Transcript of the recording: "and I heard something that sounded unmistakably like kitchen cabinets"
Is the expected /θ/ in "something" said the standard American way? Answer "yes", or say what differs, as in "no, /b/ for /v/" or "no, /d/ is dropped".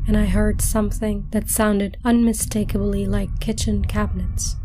yes